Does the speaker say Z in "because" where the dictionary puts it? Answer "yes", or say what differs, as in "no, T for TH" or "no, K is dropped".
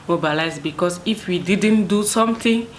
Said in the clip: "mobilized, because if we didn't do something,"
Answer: no, S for Z